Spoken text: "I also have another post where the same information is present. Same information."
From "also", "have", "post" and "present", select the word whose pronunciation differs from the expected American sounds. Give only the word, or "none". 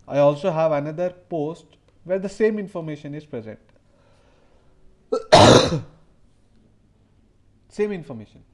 none